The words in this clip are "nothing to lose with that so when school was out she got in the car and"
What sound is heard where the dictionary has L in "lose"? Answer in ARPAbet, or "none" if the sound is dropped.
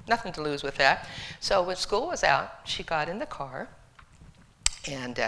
L